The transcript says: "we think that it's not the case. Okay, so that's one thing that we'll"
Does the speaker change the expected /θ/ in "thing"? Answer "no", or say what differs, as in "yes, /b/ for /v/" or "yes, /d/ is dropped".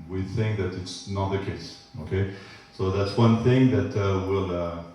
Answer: no